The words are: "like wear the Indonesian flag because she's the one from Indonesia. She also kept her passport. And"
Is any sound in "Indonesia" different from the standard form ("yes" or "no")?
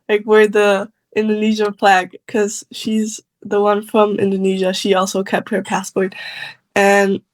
no